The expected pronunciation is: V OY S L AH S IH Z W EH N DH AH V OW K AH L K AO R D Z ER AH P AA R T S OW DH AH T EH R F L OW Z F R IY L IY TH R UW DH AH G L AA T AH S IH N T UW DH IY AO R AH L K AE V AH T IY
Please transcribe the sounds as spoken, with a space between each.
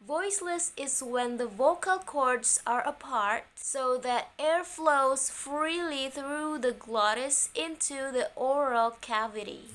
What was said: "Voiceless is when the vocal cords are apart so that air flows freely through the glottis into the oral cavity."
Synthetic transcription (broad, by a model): V OY S L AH S IH Z W EH N DH AH V OW K AH L K AO R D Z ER AH P AA R T S OW DH AH T EH R F L OW Z F R IY L IY TH R UW DH AH G L AA T AH S IH N T UW DH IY AO R AH L K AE V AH T IY